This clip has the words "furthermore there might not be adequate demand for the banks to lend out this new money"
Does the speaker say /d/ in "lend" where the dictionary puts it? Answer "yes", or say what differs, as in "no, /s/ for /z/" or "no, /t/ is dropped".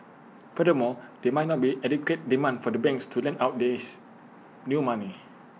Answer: no, /d/ is dropped